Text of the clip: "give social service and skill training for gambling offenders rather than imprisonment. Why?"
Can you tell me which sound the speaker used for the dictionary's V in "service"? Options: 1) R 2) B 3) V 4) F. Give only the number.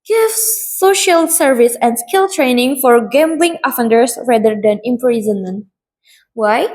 3